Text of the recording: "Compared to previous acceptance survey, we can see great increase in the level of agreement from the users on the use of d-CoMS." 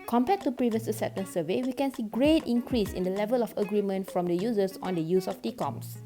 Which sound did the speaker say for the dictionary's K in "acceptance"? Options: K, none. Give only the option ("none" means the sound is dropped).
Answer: none